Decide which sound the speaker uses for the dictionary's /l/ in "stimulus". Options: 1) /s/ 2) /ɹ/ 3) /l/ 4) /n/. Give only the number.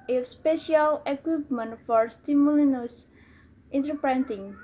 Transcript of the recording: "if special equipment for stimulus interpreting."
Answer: 4